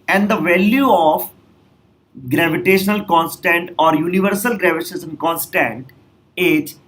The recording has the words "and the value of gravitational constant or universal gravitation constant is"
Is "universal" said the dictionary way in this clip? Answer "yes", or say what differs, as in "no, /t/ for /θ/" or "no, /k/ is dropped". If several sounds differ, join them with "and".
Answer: yes